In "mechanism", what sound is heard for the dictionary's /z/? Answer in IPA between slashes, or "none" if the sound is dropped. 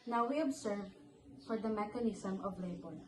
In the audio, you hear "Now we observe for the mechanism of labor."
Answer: /s/